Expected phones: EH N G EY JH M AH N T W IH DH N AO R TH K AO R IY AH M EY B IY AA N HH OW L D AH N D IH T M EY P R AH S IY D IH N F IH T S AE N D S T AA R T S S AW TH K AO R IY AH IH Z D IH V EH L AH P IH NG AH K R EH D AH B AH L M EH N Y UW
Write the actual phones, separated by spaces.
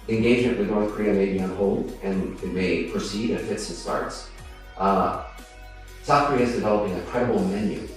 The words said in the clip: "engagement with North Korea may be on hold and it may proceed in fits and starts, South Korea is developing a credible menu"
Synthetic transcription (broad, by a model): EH N G EY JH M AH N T W IH DH N AO R TH K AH R IY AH M EY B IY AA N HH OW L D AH N IH T M EY P R AH S IY D IH N F IH T S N S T AA R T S S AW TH K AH R IY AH IH Z D IH V EH L AH P IH NG AH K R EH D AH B L M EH N Y UW